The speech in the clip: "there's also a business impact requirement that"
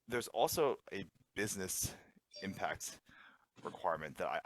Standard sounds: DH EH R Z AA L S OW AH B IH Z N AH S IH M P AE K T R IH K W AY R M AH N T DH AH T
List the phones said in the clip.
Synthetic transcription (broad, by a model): DH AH R Z AA L S OW AH B IH Z N AH S IH M P AE K T R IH K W AY R M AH N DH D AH T